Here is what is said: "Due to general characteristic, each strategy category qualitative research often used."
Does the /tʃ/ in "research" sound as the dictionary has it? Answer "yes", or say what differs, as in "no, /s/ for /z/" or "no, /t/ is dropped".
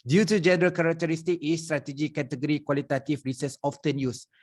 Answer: no, /s/ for /tʃ/